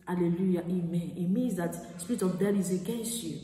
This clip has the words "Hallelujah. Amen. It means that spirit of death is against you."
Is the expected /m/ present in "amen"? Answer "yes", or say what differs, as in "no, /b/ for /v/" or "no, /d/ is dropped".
yes